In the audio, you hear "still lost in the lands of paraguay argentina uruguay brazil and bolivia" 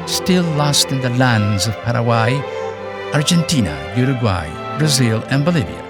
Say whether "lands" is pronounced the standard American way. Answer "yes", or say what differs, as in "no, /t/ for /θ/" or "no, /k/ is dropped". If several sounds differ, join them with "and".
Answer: yes